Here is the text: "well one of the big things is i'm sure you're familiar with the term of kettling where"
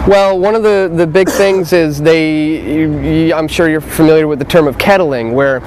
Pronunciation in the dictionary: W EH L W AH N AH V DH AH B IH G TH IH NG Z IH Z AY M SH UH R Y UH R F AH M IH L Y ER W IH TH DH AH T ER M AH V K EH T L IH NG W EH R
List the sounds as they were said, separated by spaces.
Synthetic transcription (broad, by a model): W EH L W AH N AH V DH AH B IH G TH IH NG Z IH Z AY M SH UH R Y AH R F AH M IH L Y ER W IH DH AH T ER M AH V K EH T L IH NG W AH R